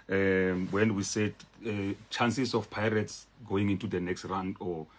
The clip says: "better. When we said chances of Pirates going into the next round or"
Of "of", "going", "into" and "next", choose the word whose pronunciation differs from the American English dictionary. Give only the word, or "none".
of